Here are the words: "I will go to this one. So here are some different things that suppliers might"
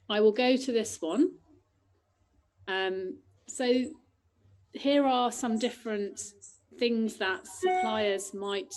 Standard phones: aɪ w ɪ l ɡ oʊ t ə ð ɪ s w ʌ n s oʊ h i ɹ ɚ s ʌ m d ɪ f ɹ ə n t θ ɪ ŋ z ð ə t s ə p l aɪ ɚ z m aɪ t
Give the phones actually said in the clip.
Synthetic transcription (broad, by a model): aɪ w ɪ l ɡ oʊ t ə ð ɪ s w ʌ n s oʊ h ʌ ɹ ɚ s ʌ m d ɪ f ɹ ə n t θ ɪ ŋ z ð ə t s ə p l aɪ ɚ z m aɪ t